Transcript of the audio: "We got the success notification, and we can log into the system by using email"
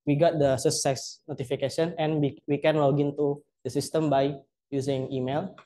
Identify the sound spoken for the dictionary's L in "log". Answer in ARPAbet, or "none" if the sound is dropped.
W